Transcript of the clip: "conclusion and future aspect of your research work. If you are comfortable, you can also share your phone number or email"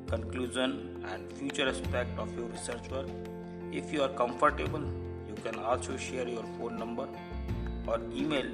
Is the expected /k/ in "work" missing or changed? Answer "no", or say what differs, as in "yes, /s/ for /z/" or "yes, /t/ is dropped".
yes, /k/ is dropped